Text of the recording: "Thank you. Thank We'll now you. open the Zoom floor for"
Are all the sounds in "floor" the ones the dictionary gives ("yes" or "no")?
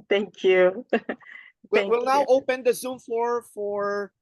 no